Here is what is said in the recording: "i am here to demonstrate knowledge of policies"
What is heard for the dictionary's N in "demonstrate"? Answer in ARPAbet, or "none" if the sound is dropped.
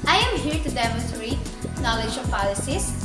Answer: none